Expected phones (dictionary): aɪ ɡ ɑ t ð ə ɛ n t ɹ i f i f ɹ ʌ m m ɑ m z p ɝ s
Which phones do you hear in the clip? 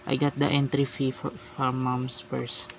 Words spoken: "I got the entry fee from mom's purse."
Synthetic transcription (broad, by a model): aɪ ɡ ɑ t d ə ɛ n t ɹ i f i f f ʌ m m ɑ m s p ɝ s